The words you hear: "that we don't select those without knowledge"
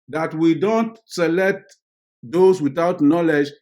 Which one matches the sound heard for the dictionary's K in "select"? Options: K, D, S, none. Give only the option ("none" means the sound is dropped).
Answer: K